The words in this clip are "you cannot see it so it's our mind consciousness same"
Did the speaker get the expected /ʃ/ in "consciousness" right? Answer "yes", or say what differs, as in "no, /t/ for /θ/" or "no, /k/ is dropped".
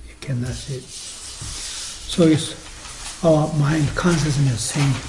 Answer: no, /s/ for /ʃ/